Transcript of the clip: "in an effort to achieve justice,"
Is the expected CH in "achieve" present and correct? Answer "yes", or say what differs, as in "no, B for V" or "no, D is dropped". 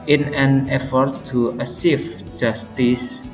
no, S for CH